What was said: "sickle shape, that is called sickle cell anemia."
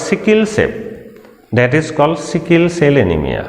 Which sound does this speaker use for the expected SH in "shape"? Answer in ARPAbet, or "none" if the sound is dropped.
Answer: S